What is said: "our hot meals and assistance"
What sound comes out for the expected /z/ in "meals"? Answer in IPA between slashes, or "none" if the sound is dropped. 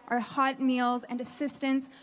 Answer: /z/